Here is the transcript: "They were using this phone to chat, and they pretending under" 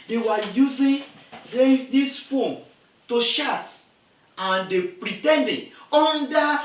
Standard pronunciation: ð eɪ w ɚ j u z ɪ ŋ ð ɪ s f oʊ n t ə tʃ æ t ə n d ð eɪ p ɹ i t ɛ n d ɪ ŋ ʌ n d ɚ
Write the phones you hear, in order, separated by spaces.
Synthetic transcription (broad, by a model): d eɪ w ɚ j u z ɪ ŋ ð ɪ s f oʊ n t ə ʃ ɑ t ə n d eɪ p ɹ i t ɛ n d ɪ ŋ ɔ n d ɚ